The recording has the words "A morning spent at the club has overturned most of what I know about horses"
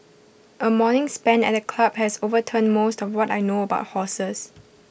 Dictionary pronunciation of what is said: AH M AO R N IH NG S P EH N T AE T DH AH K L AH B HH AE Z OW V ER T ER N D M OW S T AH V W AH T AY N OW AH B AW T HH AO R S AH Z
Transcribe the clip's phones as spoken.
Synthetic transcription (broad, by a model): AH M AO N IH NG S P EH N EH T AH K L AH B HH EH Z OW V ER T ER N M OW S T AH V W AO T AY N OW AH B AW T HH AO S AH S